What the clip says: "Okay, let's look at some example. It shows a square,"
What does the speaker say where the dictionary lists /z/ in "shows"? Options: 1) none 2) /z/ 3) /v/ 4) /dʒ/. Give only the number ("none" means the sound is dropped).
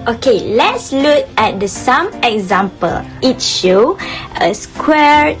1